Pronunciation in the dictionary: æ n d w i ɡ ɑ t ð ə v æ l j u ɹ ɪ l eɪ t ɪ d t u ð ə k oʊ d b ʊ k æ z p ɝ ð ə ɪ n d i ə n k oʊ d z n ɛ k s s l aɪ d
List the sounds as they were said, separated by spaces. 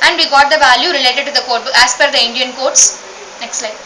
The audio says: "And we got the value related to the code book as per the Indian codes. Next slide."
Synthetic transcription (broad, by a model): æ n d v i ɡ ɑ t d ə v æ l j u ɹ ɪ l eɪ t ɪ d t u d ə k oʊ d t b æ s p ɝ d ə ɪ n d i ə n k oʊ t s n ɛ k s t l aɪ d